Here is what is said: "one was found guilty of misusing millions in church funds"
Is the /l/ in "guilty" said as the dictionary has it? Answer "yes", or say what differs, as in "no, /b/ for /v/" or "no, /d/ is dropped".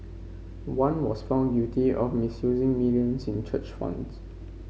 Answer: no, /l/ is dropped